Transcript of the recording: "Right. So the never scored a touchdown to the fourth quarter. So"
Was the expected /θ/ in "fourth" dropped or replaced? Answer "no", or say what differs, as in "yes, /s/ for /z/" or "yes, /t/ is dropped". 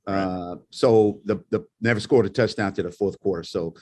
no